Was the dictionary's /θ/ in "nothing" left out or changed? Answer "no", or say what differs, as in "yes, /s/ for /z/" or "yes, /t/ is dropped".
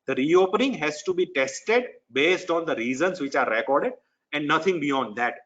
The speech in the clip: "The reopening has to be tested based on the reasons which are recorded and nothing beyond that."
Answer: yes, /t/ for /θ/